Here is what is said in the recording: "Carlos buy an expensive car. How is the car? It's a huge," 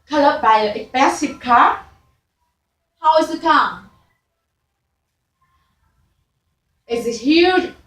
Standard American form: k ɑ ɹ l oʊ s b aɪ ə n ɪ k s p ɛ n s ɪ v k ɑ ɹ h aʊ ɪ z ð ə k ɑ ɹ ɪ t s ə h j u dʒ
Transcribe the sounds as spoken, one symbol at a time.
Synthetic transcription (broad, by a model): k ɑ l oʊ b aɪ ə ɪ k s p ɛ s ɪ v k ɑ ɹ h aʊ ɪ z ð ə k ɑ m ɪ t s ə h j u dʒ